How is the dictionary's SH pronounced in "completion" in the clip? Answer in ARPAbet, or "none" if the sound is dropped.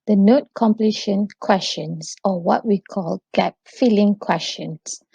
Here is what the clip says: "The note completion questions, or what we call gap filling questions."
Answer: SH